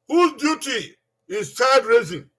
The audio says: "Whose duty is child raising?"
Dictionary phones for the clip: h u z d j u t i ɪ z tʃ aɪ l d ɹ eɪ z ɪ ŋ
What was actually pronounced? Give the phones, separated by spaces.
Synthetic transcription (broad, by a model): h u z d j u t i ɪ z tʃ aɪ d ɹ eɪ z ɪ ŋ